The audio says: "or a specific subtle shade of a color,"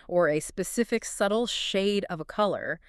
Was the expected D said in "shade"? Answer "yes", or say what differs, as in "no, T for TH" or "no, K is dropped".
yes